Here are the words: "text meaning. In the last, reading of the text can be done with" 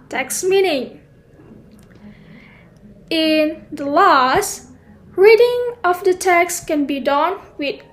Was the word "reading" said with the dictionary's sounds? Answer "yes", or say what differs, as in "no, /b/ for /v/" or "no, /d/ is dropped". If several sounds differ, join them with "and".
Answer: yes